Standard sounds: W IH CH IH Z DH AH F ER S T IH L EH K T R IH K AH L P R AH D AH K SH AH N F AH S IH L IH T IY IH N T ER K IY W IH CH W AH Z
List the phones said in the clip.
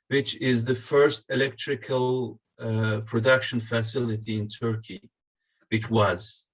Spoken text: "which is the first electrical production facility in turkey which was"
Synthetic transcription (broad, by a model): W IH CH IH Z DH AH F ER S T IH L EH K T R IH K AH L P R AH D AH K SH AH N F AH S IH L IH T IY IH N T ER K IY W IH CH W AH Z